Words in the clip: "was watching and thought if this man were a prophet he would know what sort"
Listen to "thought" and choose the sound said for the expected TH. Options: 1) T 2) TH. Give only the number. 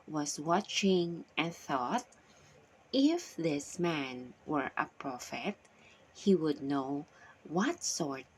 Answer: 2